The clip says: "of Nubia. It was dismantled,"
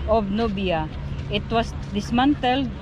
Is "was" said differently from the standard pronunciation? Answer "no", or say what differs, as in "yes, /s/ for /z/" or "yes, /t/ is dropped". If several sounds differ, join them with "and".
yes, /s/ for /z/